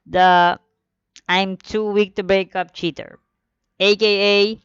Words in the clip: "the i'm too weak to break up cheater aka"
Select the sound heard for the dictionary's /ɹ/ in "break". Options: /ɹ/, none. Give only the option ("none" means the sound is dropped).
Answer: /ɹ/